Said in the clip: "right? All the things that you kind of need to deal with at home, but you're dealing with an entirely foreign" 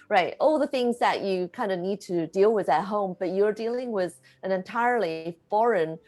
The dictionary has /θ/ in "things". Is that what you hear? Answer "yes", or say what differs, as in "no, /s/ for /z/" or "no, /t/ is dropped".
yes